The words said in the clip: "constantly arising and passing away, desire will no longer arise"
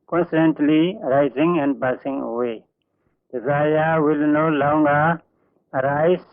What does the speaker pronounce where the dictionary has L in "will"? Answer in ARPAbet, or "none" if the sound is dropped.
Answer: L